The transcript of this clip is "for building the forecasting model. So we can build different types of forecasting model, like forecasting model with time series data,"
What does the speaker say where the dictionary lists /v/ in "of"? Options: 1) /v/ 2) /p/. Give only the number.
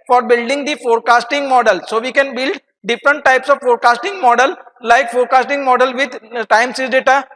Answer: 1